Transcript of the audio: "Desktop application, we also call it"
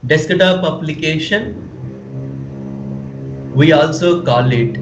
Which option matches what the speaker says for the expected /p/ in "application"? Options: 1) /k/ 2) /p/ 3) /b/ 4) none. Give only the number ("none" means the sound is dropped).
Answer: 3